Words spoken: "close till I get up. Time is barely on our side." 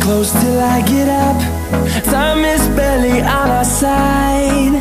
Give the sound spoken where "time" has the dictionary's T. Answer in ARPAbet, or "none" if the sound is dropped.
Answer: S